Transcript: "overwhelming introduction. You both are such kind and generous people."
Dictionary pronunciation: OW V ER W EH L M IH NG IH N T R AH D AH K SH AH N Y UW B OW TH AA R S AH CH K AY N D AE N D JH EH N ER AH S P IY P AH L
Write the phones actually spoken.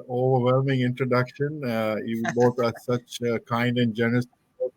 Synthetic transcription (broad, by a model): OW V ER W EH L M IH NG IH N T R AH D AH K SH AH N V B OW T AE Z S AH CH K AY N D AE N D JH EH N ER AH S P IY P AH